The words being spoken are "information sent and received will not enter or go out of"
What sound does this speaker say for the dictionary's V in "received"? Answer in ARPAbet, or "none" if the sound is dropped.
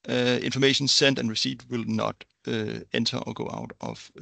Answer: none